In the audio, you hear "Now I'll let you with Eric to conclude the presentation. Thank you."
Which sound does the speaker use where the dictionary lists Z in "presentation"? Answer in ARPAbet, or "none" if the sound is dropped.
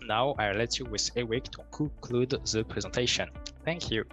Z